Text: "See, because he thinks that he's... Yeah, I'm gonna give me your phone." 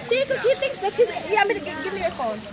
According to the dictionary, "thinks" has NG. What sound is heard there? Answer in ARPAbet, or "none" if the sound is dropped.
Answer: NG